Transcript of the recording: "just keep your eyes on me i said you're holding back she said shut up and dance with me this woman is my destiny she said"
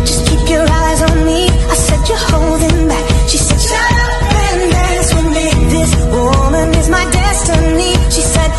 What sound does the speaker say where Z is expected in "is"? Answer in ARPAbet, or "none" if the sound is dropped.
Z